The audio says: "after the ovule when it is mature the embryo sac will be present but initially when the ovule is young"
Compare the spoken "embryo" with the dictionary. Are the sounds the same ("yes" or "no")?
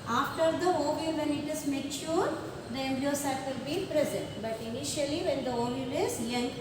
no